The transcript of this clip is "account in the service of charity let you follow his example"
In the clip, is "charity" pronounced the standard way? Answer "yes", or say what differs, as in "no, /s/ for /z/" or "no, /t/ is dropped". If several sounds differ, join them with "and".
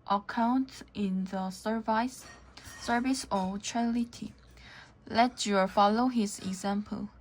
no, /l/ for /ɹ/